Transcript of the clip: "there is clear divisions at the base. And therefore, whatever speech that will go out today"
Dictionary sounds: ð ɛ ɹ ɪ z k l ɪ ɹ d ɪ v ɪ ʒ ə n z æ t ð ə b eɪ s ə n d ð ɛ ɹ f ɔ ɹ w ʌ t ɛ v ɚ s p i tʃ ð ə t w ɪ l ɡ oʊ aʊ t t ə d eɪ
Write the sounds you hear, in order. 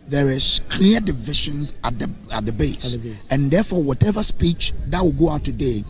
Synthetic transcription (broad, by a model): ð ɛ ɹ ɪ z k l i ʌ d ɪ v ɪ ʃ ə n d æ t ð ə b eɪ s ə n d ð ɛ f ɔ w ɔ t ɛ v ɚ s p i tʃ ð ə t w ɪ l ɡ oʊ aʊ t t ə d eɪ